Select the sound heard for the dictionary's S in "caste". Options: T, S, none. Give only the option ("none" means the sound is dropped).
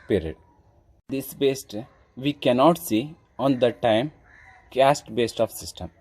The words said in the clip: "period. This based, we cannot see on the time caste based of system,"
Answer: S